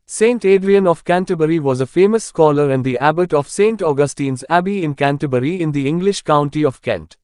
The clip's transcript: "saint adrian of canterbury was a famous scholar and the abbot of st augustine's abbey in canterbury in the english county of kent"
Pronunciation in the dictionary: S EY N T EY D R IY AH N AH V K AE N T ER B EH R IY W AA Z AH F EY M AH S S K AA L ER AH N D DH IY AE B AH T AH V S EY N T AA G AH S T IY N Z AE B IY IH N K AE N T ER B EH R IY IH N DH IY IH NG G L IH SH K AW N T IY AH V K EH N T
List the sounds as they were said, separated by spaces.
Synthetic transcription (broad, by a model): S EY N T EY D R IY AH N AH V K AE N T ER B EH R IY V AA Z AH F EY M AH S S K AA L ER AH N D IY AE B AH T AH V S EY N T AA G AH S T IY N Z AE B IY IH N K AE N T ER B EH R IY IH N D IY IH NG G L IH SH K AW N T IY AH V K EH N T